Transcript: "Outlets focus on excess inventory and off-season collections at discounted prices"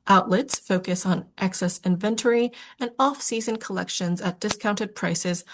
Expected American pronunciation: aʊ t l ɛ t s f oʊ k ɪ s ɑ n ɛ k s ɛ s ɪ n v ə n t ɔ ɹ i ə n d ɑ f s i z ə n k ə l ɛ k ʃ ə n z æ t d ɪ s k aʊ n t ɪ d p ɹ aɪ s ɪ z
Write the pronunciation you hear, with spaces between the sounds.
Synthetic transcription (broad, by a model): aʊ t l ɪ t s f oʊ k ɪ s n ɛ k s ɛ s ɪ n v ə n t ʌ ɹ i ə n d ɑ f s i z ə n k ə l ɛ k ʃ ə n z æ t d ɪ s k aʊ n t ɪ d p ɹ aɪ s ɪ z